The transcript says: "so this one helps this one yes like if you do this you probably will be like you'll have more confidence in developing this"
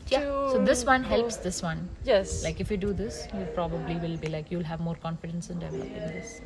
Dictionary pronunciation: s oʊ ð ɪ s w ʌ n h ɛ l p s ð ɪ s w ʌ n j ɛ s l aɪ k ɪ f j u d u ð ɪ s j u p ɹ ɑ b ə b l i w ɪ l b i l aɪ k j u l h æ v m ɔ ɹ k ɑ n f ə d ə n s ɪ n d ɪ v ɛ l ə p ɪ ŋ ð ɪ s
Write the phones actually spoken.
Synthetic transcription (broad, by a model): s oʊ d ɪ s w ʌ n h ɛ l p s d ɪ s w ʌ n j ɛ s l aɪ k ɪ f j u d u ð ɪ s j u p ɹ ɑ b ə b l i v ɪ l b i l aɪ k j u l h æ v m ɔ ɹ k ɑ n f ə d ə n s ɪ n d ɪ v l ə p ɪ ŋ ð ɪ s